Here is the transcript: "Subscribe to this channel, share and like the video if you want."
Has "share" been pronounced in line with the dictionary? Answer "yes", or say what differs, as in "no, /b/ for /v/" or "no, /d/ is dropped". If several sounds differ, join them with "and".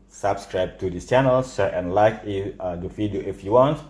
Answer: no, /s/ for /ʃ/